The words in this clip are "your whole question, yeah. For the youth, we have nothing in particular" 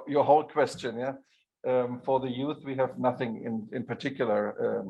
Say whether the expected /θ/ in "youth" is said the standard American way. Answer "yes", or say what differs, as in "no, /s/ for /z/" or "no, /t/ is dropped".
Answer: yes